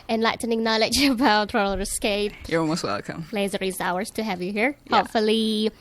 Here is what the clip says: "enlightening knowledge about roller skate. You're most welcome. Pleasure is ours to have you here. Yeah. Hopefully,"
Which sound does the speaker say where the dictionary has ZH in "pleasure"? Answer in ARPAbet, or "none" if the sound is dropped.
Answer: Z